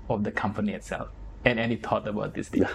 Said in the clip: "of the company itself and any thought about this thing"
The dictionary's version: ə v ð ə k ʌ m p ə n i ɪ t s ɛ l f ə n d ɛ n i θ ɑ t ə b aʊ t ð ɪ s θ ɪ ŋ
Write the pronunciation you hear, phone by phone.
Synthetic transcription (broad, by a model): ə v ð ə k ʌ m p ə n i ɪ t s ɛ l f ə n ɛ n i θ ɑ t ə b aʊ t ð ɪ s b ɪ